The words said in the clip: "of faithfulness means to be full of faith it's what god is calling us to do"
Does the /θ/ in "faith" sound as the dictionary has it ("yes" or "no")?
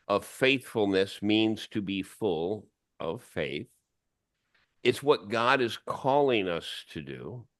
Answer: yes